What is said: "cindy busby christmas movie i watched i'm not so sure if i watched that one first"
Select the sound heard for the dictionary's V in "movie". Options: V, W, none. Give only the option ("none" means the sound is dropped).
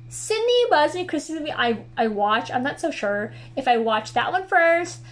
none